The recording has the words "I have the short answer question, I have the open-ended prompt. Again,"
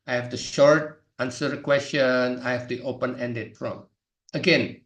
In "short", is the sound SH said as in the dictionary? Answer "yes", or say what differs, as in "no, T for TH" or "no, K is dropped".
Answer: yes